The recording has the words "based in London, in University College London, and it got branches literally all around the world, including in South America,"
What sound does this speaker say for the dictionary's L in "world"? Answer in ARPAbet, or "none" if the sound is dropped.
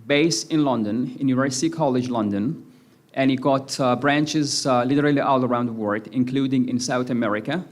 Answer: none